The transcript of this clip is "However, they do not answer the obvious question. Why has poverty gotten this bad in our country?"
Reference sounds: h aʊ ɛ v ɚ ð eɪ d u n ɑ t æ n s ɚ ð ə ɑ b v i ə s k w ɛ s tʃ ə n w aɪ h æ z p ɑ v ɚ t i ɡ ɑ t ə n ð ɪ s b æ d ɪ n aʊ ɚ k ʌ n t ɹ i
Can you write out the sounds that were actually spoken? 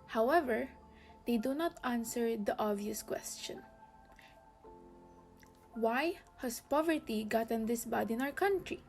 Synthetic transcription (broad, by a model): h aʊ ɛ v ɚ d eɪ d u n ɑ t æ n s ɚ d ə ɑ v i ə s k w ɛ s tʃ ə n w aɪ h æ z p ɑ v ɚ t i ɡ ɑ t ə n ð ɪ s b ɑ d ɪ n aʊ ɚ k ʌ n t ɹ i